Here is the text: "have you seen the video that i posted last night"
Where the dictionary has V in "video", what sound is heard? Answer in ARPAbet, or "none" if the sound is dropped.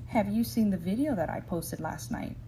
V